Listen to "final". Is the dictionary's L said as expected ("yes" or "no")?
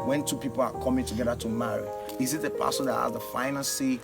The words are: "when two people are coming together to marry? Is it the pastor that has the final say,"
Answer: no